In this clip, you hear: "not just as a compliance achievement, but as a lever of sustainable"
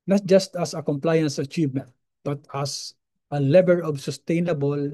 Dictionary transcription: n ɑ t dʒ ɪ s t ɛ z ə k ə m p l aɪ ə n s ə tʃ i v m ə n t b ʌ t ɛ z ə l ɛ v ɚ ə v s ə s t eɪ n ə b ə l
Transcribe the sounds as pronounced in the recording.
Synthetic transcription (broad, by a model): n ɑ t dʒ ɪ s t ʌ s ə k ə m p l aɪ ə n s ə tʃ i v m ə n t b ʌ t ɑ s ə l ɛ b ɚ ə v s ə s t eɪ n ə b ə l